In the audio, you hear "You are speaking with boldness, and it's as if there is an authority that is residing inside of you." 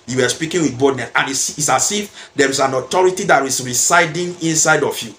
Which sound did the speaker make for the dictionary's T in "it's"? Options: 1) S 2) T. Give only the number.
1